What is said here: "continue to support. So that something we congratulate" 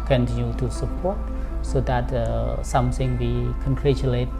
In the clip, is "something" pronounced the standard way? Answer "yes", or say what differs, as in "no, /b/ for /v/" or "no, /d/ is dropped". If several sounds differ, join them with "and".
no, /s/ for /θ/